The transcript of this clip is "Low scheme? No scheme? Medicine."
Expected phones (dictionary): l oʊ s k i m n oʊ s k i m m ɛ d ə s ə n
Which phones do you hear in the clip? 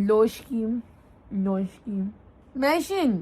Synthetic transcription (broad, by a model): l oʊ ʃ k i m l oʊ ʃ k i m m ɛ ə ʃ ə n